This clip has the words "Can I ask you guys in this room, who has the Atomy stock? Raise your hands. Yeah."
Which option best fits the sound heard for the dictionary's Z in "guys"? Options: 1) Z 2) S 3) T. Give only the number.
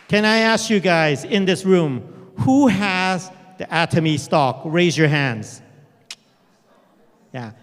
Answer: 1